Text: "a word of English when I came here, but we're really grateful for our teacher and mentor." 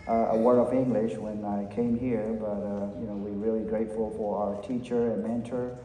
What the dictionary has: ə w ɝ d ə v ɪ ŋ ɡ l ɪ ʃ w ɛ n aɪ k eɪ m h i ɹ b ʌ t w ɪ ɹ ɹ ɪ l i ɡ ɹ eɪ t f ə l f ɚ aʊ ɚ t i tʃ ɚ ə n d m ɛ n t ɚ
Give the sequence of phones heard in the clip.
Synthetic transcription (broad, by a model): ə w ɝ ə v ɪ ŋ ɡ l ɪ ʃ w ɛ n aɪ k eɪ m h i ɹ b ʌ t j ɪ w ɹ ɪ l i ɡ ɹ eɪ t f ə l f ɚ aʊ ɚ t i tʃ ɚ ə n m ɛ n t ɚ